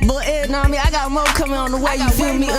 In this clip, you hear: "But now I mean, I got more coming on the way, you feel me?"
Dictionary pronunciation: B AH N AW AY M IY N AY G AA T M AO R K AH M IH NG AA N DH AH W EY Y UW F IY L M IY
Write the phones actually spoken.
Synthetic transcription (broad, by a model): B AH N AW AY M IY AY G AA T M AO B K AH M IH NG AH N DH AH W EY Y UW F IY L M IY